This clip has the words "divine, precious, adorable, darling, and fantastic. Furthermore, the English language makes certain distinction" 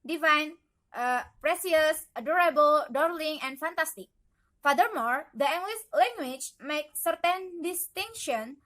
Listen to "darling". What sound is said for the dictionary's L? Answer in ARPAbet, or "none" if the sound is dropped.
L